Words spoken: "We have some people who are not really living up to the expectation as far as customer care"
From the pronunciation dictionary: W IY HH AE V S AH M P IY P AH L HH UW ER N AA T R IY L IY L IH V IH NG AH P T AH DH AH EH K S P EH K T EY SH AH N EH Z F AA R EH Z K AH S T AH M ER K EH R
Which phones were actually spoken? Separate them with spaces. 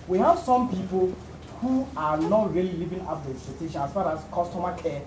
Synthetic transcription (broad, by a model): W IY HH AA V S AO M P IY P AH L HH UW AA N AA T R IY L IY L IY V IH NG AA F T AH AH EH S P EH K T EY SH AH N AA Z F AA R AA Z K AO S T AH M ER K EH